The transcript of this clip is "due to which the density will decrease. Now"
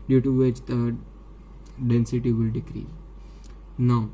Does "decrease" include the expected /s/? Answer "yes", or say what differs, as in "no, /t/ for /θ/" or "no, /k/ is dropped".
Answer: no, /s/ is dropped